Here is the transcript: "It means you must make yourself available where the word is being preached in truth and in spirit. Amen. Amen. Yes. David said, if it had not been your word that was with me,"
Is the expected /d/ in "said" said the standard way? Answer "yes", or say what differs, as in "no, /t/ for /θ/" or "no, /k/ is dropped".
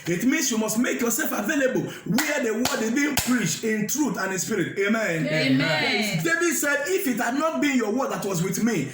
yes